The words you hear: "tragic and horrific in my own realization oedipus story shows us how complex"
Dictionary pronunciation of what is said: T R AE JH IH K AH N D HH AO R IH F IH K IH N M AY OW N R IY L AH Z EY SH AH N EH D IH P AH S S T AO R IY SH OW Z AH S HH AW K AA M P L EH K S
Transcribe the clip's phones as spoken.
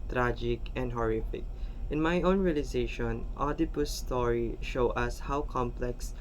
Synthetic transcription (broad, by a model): T R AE JH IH K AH N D HH AO R IH F IH K IH N M AY OW N R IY L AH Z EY SH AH N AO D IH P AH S S T AO R IY SH OW AH S HH AW K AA M P L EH K S